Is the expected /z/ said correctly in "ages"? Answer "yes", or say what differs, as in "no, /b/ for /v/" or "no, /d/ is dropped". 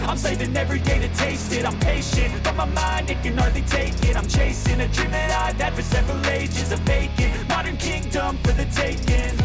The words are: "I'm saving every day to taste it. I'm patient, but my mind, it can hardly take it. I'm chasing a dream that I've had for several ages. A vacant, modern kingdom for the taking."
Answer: yes